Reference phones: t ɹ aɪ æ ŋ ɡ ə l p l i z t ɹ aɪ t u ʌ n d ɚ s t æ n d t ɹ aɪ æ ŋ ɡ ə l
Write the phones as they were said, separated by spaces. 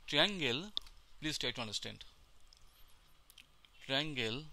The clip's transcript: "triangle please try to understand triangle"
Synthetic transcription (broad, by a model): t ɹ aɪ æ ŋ ɡ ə l p l i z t aɪ t u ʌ n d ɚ s t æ n d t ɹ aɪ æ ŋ ɡ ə l